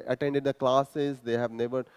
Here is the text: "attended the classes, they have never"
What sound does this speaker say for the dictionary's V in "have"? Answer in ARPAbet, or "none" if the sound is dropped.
V